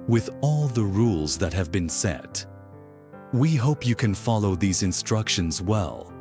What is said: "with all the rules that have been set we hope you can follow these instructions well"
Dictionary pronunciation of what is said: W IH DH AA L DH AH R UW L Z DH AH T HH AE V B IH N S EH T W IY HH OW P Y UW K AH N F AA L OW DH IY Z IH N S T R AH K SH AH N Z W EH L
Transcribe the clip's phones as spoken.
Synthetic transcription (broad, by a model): W IH DH AA L DH AH R UW L Z DH AH T HH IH V B IH N S EH T W IY HH OW P Y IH K AH N F AA L OW DH IY Z IH N S T R AH K SH AH N Z W EH L